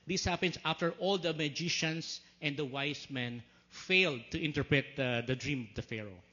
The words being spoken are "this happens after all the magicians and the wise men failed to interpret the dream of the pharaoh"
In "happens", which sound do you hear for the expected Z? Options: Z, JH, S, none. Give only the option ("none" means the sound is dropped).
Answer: S